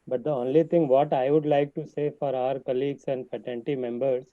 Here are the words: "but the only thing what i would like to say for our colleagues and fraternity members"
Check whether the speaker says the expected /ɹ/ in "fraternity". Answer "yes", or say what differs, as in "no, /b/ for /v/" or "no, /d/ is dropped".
no, /ɹ/ is dropped